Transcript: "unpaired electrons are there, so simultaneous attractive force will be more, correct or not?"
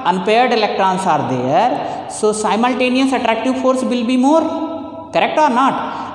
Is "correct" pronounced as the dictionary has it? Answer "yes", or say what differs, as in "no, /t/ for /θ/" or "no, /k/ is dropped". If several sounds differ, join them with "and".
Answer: yes